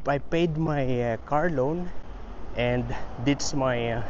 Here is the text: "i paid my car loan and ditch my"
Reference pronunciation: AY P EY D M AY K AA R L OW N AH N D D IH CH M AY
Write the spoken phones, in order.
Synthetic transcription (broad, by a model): AY P EY D M AY K AA R L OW N AH N D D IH S M AY